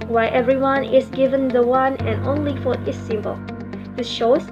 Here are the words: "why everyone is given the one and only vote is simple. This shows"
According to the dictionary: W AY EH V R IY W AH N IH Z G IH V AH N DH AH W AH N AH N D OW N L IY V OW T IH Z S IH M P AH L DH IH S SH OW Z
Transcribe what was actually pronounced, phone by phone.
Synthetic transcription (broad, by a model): W AY EH V R IY W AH N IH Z G IH V AH N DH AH W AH N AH N OW N L IY F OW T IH S IH M P AH L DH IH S SH OW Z